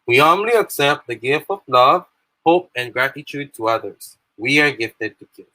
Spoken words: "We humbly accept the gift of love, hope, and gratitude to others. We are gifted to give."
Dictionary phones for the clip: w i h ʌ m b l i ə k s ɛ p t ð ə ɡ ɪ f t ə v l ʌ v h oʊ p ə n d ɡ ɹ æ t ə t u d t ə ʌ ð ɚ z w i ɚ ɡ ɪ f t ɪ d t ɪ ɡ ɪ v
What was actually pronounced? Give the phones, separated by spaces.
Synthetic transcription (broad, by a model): w i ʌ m l i ə k s ɛ p t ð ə ɡ ɪ f t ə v l ʌ v h oʊ p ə n ɡ ɹ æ t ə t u d t ə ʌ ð ɚ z w i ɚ ɡ ɪ f t ɪ d t ɪ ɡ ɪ